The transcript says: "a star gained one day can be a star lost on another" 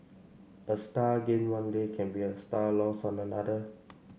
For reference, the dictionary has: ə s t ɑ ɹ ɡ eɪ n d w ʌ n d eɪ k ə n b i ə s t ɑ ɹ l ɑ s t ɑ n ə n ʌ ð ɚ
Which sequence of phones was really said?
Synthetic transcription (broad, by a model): ə s t ɑ ɡ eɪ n w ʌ n d eɪ k ə n b i ə s t ɑ l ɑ s ɑ n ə n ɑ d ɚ